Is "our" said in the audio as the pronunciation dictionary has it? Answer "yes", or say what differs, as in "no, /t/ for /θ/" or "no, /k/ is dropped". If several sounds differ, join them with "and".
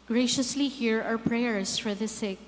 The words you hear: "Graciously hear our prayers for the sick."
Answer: no, /w/ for /ɹ/